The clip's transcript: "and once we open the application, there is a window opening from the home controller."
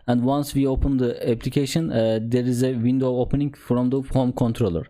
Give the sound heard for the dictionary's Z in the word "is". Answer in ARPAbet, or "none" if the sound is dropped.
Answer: Z